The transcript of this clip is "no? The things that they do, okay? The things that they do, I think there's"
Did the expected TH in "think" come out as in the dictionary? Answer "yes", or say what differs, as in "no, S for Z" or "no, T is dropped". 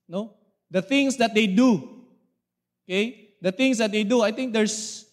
no, T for TH